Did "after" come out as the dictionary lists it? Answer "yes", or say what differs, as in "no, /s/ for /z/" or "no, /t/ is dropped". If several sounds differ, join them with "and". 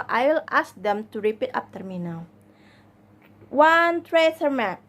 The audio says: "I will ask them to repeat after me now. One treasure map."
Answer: no, /p/ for /f/